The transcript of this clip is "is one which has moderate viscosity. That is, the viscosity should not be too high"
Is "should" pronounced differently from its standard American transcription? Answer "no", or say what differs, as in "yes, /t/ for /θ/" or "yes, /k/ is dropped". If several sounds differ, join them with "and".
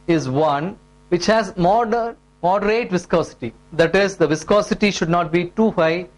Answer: no